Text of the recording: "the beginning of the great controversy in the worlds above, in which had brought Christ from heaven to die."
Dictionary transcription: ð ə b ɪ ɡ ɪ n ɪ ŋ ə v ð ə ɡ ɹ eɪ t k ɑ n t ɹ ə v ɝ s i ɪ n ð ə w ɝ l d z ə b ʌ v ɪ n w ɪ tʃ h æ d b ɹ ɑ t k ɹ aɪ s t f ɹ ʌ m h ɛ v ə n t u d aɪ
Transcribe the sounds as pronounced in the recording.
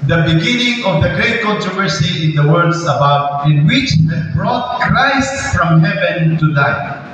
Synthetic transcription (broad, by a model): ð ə b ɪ ɡ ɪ n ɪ ŋ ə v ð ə ɡ ɹ eɪ t k ɑ n t ɹ ə v ɝ s i ɪ n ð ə w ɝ d s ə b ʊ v ɪ n w ɪ tʃ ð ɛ b ɹ ɑ t k ɹ aɪ s t f ɹ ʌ m h ɛ v ə n t u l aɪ